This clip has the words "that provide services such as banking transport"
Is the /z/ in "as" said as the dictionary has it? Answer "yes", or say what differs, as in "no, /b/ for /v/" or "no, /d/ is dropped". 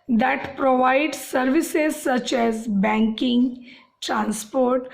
yes